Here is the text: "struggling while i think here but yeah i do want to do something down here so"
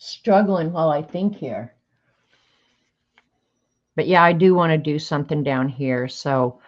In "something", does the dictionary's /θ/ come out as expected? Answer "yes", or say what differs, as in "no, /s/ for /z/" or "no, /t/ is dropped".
yes